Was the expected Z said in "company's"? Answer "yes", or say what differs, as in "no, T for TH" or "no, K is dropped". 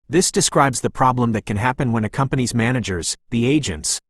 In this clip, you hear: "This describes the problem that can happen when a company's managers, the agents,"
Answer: yes